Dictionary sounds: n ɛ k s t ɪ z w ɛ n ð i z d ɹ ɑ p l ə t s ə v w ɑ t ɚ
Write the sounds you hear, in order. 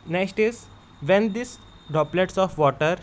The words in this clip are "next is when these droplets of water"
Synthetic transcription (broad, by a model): n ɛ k s t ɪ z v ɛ n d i s d ɑ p l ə t s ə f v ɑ t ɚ